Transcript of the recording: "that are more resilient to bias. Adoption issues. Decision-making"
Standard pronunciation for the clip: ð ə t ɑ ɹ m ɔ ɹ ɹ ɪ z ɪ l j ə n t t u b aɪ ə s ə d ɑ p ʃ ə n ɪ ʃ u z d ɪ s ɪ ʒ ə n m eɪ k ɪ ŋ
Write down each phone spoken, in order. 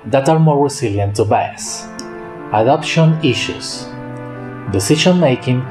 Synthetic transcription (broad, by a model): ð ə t ɑ ɹ m ɔ ɹ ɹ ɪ s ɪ l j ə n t t u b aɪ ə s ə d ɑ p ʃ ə n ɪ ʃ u s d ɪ s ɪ ʃ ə n m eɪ k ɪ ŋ